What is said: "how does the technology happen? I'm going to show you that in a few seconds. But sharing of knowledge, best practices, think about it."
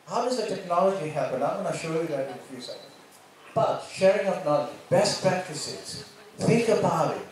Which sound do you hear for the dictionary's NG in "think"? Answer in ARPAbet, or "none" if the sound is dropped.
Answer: none